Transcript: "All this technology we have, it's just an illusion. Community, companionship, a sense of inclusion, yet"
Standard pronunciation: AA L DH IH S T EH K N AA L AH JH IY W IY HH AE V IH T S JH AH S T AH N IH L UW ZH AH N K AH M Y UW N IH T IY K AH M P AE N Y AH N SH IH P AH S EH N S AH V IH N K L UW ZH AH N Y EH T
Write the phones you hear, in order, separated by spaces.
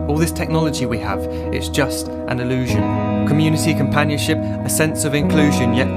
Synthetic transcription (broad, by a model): AA L DH IH S T EH K N AA L AH JH IY W IY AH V IH T S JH AH S T AH N IH L UW ZH AH N K AH M Y UW N IH T IY K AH M P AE N Y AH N SH IH P AH S EH N S AH V IH N K L UW ZH AH N Y EH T